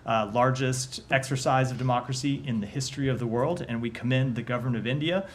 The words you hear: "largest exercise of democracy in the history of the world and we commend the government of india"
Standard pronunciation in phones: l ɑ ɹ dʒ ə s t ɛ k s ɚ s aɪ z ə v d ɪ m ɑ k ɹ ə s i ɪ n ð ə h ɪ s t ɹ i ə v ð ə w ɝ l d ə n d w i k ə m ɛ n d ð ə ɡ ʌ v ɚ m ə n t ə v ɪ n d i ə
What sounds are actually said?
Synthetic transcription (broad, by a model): l ɑ ɹ dʒ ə s t ɛ k s ɚ s aɪ z ə v d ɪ m ɑ k ɹ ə s i ɪ n ð ə h ɪ s t ɹ i ə v ð ə w ɝ l d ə n w i k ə m ɛ n ð ə ɡ ʌ v ɚ m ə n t ə v ɪ n d i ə